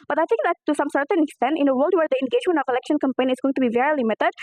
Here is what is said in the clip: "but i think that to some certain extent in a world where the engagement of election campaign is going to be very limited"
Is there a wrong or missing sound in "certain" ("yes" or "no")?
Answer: no